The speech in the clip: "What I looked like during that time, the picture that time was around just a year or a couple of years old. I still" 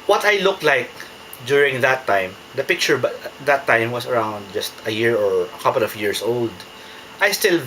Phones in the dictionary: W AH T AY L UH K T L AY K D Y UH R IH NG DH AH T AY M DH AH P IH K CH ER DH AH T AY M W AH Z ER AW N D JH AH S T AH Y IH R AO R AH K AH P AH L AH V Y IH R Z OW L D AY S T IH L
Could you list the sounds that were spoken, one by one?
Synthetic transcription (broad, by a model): W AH T AY L UH K T L AY K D Y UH R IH NG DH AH T AY M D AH P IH K CH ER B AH T AY M W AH S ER AW N D JH AH S T AH Y IH R AO R AH K AH P AH L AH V Y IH R S OW L D AY S T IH L